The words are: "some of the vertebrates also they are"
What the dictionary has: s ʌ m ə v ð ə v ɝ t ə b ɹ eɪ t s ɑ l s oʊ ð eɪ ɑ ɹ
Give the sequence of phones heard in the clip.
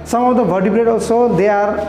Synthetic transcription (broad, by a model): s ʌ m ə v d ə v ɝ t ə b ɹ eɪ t ɑ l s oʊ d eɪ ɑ ɹ